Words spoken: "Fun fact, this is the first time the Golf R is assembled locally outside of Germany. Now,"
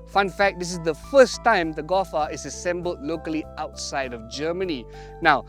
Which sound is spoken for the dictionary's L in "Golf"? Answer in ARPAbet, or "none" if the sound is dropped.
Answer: none